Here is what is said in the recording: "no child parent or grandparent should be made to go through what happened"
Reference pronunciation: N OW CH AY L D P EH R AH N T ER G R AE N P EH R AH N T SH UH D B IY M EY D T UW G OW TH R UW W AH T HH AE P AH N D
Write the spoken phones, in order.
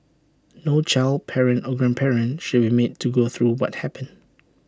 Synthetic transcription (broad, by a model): N OW CH AY L D P EH R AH N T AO G R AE N P EH R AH N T SH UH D B IY M EY D T UW G OW TH R UW W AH T HH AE P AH N